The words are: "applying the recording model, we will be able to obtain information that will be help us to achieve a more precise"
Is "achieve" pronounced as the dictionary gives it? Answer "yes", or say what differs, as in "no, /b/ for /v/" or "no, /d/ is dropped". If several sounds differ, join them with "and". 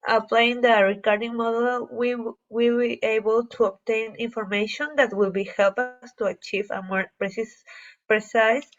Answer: yes